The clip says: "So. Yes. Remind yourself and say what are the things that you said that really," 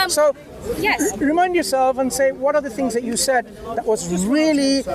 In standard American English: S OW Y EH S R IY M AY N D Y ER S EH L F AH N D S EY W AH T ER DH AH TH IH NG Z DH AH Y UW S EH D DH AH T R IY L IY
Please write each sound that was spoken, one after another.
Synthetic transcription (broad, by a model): S OW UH R IY M AY N D Y ER S EH L F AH N S EY W AH T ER DH AH TH IH NG Z DH AH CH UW S EH D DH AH T R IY L IY